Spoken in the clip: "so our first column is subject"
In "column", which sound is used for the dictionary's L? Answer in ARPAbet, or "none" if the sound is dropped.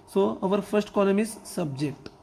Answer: N